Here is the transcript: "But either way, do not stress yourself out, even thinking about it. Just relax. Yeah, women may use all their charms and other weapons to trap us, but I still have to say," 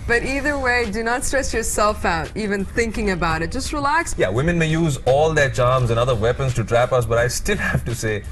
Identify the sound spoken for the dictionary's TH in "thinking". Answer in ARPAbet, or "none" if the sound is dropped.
TH